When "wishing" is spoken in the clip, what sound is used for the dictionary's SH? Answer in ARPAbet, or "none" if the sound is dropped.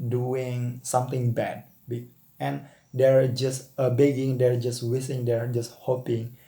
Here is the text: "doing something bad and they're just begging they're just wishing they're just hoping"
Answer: S